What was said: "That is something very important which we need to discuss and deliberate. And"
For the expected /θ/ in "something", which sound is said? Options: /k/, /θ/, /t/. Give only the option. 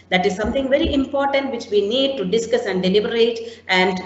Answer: /t/